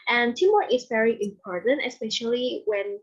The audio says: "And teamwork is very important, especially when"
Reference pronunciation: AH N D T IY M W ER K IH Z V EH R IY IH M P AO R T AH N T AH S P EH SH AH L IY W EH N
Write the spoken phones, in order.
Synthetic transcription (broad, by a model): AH N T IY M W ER IH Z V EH R IY IH M P AO R T AH N T AH S P EH SH AH L IY W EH N